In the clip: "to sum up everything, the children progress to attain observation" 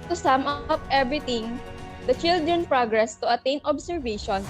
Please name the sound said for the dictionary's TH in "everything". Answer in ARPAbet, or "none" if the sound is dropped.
T